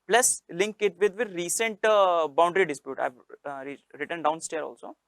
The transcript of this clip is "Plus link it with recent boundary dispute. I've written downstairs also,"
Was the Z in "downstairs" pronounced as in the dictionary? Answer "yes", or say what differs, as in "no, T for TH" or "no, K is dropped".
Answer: no, Z is dropped